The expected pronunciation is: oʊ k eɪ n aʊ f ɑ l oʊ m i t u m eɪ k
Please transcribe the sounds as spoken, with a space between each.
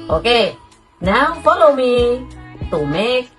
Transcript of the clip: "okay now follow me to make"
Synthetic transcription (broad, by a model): oʊ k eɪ n aʊ p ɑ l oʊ m i t u m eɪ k